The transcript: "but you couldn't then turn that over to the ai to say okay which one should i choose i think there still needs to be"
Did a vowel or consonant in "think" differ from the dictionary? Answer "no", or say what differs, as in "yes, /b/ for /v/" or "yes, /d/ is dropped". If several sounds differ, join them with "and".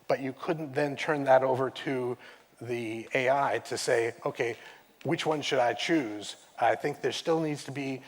no